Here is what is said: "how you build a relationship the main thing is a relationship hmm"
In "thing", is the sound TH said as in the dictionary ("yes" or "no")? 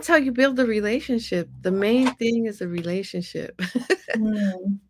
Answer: yes